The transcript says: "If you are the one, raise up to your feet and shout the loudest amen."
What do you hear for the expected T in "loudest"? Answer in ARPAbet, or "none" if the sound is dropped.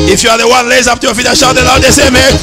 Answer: none